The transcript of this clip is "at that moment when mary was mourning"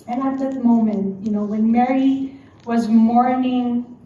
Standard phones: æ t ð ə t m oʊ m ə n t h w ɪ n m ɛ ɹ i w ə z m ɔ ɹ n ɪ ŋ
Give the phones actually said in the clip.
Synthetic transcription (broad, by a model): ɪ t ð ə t m oʊ m ə n t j w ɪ n m ɛ ɹ i w ə z m ɔ ɹ n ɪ ŋ